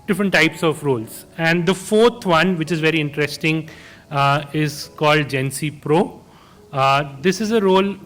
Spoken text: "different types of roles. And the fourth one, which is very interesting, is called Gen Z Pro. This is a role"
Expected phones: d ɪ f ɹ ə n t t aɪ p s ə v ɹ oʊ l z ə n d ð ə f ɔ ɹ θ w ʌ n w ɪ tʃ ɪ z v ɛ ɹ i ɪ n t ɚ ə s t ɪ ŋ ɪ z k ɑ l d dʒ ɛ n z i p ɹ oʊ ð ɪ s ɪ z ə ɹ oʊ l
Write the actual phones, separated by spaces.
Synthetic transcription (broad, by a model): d ɪ f ɹ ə n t t aɪ p s ə v ɹ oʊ l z ə n d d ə f ɔ ɹ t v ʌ n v ɪ tʃ ɪ z v ɛ ɹ i ɪ n t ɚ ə s t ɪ ŋ ɪ z k ɑ l d dʒ ɛ n s i p ɹ oʊ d ɪ s ɪ z ə ɹ oʊ l